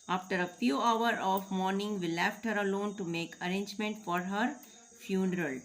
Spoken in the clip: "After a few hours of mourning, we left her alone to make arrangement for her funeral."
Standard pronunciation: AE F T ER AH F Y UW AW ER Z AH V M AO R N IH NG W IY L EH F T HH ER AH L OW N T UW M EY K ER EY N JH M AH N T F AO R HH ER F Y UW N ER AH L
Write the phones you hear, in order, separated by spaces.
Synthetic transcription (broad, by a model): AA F T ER AH F Y UW AW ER AH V M AO R N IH NG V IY L EH F T HH ER AH L OW N T UW M EY K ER EY N JH M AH N T F AO R HH ER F Y UW N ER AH L